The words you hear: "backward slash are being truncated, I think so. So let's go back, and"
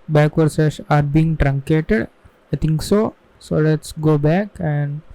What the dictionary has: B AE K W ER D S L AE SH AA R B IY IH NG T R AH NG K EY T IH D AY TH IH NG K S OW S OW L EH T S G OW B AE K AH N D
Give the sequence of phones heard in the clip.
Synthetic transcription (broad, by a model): B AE K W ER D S EH S AA R B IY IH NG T R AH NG K EY T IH D AY T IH NG K S OW S OW L EH T S G OW B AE K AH N D